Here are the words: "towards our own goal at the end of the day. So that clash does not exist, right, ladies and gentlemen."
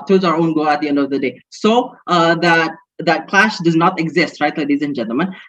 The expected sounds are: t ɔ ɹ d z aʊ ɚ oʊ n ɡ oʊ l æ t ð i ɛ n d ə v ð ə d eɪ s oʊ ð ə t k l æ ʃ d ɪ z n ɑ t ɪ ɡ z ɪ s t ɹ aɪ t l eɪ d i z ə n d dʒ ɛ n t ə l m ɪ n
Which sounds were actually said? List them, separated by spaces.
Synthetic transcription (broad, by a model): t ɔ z aʊ ɚ oʊ n ɡ oʊ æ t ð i ɛ n d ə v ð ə d eɪ s oʊ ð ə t k l æ ʃ d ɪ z n ɑ t ɪ ɡ z ɪ s t ɹ aɪ t l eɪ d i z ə n dʒ ɛ n t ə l m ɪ n